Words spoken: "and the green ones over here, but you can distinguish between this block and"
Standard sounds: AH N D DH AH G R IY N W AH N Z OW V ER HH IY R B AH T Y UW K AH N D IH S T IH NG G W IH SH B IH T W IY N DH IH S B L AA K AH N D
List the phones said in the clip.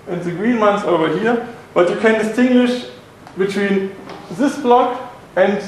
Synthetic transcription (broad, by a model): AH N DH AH G R IY N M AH N S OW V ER HH IY R B AH T Y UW K AH N D IH S T IH NG G W IH SH B IH T W IY N DH IH S B L AA K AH N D